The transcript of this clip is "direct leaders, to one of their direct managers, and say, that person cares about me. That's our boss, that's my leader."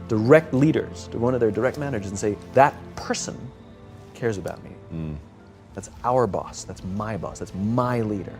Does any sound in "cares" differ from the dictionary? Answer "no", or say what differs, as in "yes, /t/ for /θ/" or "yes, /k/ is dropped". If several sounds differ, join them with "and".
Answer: no